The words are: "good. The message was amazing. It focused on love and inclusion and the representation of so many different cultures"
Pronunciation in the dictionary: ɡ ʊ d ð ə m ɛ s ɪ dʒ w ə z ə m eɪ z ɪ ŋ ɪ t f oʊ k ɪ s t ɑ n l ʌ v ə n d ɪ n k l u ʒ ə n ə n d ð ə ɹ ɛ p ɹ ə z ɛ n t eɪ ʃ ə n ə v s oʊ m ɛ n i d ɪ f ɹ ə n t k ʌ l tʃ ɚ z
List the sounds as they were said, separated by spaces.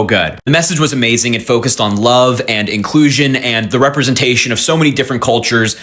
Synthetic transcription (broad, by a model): ɡ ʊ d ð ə m ɛ s ɪ dʒ w ə z ə m eɪ z ɪ ŋ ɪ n f oʊ k ɪ s t n l ʌ v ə n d ɪ n k l u ʒ ə n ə n ð ə ɹ ɛ p ɹ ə z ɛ n t eɪ ʃ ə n ə v s oʊ m ɛ n i d ɪ f ɹ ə n k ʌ l tʃ ɚ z